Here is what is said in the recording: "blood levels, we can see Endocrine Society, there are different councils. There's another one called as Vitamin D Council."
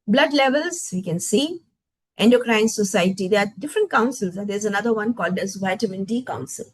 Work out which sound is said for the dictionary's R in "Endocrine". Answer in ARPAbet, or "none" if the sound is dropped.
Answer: R